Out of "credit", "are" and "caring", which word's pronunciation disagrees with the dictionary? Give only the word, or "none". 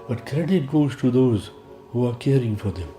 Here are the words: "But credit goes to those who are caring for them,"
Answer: none